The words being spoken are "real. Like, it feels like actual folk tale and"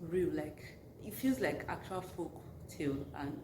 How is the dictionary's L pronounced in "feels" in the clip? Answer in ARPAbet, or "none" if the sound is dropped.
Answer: L